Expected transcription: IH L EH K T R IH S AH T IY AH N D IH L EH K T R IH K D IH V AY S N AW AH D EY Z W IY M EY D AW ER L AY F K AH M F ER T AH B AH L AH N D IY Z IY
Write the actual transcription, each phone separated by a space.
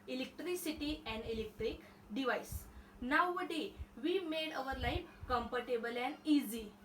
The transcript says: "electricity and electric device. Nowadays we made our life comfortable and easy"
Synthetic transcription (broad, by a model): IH L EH K T R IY S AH T IY AH N D IH L EH K T R IH K D IH V AY S N AW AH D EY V IY M EY D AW ER L AY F K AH M P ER T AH B AH L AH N IY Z IY